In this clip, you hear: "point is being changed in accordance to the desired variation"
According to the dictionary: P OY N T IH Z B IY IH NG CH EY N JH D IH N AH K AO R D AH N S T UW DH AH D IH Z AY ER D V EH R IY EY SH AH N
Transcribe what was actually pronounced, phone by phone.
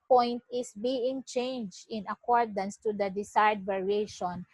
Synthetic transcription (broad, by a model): P OY N T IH S B IY IH NG CH EY N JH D IH N AH K AO R D AH N S T UW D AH D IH S AY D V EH R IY EY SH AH N